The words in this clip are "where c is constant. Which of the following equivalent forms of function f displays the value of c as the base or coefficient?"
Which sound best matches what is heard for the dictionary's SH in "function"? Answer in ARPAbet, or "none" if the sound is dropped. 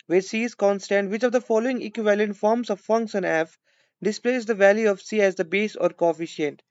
S